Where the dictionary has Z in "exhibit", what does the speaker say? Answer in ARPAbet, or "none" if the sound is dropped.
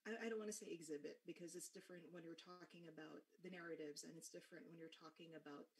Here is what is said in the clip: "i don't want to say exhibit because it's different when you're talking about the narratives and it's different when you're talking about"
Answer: Z